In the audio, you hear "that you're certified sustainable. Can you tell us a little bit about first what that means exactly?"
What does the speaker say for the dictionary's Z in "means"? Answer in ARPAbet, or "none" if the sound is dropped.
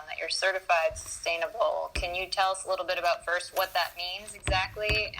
Z